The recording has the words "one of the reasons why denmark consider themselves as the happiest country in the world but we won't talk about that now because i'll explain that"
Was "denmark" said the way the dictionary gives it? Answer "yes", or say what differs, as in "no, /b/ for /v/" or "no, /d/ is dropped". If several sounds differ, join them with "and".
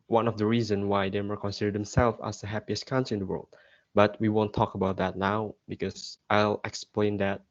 no, /n/ is dropped